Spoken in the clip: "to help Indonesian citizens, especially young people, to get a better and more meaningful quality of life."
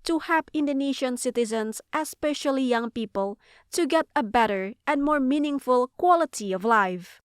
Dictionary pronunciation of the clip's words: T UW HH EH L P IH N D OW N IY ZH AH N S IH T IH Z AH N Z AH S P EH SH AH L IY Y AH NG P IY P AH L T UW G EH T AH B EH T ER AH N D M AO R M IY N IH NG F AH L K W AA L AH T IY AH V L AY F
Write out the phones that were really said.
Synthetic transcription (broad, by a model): T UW HH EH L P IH N D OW N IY SH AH N S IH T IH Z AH N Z AH S P EH SH AH L IY Y AH NG P IY P AH L T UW G EH T AH B EH T ER AH N D M AO R M IY N IH NG F AH L K W AA L AH T IY AH V L AY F